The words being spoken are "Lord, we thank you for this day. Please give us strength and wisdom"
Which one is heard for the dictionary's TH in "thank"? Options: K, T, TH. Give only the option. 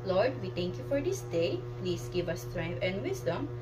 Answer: T